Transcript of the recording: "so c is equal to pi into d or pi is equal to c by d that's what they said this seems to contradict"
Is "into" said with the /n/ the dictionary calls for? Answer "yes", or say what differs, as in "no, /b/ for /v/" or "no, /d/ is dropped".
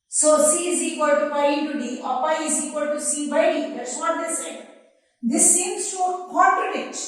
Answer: no, /n/ is dropped